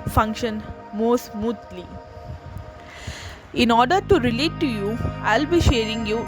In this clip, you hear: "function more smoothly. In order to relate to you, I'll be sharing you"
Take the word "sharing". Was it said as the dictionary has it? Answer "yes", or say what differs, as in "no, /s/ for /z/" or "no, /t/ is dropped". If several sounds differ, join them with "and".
yes